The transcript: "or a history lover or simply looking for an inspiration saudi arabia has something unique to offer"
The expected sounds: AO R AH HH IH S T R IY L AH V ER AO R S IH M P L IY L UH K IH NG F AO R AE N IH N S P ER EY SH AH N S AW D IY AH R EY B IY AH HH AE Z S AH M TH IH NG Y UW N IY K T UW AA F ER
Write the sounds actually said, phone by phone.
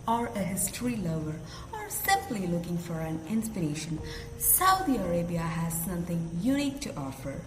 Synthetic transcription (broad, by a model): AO R AH HH IH S T R IY L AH ER AO R S IH M P L IY L UH K IH NG F AO R AE N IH N S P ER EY SH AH N S AW D IY AH R EY B IY AH HH AE Z S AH M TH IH NG Y UW N IY K T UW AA F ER